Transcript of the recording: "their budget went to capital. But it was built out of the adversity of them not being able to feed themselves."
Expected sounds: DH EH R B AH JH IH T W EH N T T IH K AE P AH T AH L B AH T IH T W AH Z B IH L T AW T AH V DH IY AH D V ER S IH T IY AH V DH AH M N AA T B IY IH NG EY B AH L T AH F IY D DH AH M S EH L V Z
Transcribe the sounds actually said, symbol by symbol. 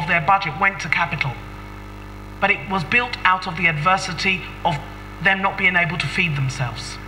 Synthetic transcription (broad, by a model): DH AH R B AH JH IH T W EH N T T IH K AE P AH T L B AH T IH T W AH Z B IH L T AW T AH V DH IY AH D V ER S IH T IY AH V DH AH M N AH T B IY IH NG EY B AH L T AH F IY D DH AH M S EH L V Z